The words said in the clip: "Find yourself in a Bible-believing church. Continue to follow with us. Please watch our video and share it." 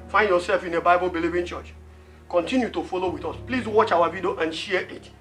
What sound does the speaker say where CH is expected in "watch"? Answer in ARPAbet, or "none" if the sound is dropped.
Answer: CH